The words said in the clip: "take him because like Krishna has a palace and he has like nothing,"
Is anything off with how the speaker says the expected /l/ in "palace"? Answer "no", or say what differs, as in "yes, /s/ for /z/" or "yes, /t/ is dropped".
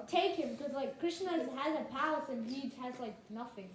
yes, /l/ is dropped